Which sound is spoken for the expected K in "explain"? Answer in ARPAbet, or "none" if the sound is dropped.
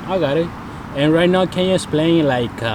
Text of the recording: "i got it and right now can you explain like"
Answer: none